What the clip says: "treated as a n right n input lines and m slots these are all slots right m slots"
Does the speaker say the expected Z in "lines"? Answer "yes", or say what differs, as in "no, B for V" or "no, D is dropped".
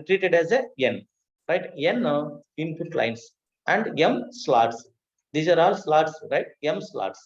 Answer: no, S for Z